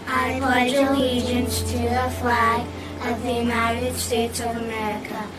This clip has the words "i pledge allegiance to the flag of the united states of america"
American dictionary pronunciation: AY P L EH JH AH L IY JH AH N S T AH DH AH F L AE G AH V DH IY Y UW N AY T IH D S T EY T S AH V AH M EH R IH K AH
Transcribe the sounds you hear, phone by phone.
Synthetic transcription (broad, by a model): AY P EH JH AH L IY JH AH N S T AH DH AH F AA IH AH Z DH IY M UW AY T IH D S T EY T S AH V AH M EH R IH K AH